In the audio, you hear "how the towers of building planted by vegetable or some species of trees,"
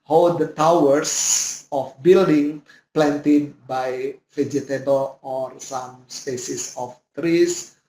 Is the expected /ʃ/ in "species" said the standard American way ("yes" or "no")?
no